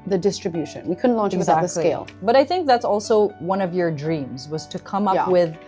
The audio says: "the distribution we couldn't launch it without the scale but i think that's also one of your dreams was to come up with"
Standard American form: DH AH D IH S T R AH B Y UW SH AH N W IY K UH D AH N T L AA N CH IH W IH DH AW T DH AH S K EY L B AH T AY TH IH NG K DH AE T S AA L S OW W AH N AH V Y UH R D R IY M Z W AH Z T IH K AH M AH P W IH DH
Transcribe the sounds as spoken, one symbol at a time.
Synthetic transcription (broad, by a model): DH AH D IH S T R AH B Y UW SH AH N W IY K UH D N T L AA N CH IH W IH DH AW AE DH AH S EY L B AH T AY TH IH NG K DH AE T S AA L S OW W AH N AH V Y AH R D R IY M Z W AH Z T IH K AH M AH P W IH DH